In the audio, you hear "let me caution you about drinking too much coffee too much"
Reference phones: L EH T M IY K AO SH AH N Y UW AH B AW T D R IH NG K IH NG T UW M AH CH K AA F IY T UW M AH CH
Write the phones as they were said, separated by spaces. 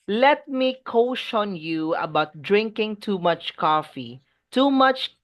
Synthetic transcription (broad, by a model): L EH T M IY K AO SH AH N Y UW AH B AW T D R IH NG K IH NG T UW M AH CH K AA F IY T UW M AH CH